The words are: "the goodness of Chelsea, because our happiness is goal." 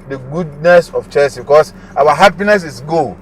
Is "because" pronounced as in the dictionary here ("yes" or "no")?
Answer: no